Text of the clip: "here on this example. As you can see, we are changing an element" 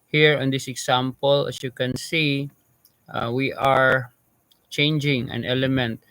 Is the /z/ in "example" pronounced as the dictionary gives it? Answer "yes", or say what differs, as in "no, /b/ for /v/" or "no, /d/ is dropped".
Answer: no, /s/ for /z/